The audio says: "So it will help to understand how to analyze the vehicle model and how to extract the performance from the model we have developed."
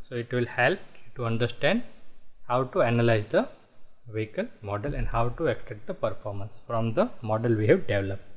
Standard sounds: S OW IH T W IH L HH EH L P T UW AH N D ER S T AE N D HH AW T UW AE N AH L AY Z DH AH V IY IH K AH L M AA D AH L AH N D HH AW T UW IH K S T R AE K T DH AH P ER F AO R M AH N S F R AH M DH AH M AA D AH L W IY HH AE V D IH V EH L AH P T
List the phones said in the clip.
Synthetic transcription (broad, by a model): S OW IH T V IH L HH EH L P T UW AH N D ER S T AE N D HH AW T UW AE N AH L AY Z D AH V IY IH K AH L M AA D AH L AH N D HH AW T UW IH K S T EH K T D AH P ER F AO R M AH N S F R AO M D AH M AA D AH L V IY HH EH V D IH V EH L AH P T